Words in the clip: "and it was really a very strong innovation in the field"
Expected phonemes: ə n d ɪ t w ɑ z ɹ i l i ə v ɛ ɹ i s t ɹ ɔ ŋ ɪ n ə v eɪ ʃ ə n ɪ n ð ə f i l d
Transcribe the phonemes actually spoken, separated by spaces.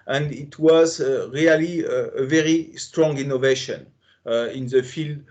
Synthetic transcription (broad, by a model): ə n d ɪ t w ɑ z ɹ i l i ə v ɛ ɹ i s t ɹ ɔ ŋ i n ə v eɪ ʃ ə n ɪ n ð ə f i l d